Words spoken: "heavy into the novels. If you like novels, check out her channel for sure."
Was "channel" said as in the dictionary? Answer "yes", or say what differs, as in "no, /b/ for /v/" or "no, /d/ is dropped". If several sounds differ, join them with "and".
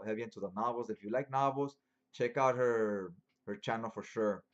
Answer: yes